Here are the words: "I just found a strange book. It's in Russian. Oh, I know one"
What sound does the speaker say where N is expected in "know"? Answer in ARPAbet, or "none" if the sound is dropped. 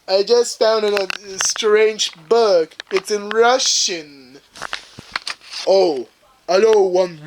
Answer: L